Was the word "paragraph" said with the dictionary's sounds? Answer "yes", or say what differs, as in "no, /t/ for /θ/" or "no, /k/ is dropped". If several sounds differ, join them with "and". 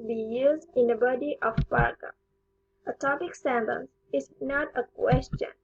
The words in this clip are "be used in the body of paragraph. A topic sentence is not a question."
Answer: no, /f/ is dropped